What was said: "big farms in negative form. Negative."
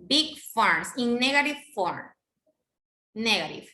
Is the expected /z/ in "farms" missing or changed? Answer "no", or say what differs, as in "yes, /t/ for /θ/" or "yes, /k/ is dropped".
yes, /s/ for /z/